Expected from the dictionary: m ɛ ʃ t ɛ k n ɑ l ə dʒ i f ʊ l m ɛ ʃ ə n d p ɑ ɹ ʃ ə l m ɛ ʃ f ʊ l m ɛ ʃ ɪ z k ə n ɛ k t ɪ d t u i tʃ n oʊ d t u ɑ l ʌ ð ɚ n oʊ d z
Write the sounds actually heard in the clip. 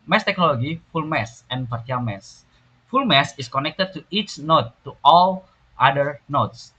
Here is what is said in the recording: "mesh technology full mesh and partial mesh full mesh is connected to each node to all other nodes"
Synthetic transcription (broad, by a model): m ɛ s t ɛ k n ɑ l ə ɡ i f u l m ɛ s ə n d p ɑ ɹ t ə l m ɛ s f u l m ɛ s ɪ s k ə n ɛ k t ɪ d t u i tʃ n oʊ t u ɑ l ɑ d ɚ n oʊ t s